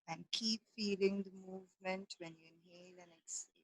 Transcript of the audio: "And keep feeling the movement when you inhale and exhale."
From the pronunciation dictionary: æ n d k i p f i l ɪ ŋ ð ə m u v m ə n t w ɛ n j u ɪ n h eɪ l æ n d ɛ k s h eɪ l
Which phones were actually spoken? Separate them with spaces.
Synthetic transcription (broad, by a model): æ n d k i p f i l ɪ ŋ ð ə m u v m ə n t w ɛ n j u ɪ n h eɪ l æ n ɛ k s